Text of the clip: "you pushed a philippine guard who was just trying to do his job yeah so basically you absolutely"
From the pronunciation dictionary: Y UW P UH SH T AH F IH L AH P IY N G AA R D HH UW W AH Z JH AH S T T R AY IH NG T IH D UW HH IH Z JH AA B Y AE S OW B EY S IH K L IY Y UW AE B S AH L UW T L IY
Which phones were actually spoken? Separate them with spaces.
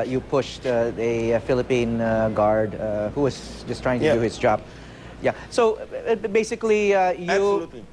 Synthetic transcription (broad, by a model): Y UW P UH SH T AH F IH L AH P IY N G AA R D HH UW W AH Z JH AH S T T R AY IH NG T IH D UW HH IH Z JH AA B Y AE S OW B EY S IH K L IY Y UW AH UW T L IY